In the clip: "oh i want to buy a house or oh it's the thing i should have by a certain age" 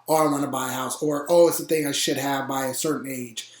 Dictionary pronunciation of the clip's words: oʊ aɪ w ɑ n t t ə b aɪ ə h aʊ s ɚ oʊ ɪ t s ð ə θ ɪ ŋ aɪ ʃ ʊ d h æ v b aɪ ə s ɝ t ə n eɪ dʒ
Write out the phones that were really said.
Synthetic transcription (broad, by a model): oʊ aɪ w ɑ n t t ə b aɪ ə h aʊ s ɚ oʊ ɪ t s ð ə θ ɪ ŋ aɪ ʃ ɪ d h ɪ v b aɪ ə s ɝ t n eɪ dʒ